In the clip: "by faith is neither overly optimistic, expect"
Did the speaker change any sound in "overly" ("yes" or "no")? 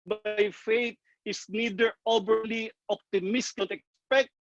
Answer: yes